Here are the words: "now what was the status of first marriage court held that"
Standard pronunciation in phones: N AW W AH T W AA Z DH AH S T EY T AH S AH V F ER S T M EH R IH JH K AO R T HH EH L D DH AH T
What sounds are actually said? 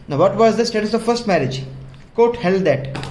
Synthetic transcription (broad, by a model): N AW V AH T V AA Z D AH S T EY T AH S AH V F ER S T M EH R IH JH K AO T HH EH L D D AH T